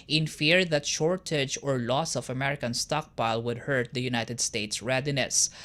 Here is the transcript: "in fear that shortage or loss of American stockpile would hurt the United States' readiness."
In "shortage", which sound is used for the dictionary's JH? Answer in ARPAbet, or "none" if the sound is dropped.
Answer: JH